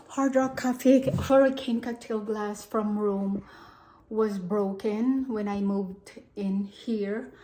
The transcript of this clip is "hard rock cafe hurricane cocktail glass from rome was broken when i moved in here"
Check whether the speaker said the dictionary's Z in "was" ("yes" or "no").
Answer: yes